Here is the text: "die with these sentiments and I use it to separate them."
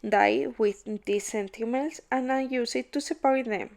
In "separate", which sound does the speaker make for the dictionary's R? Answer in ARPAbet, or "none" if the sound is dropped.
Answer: W